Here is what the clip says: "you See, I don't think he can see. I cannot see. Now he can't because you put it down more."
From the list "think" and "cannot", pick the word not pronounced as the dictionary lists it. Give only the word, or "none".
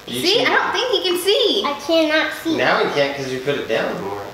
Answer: none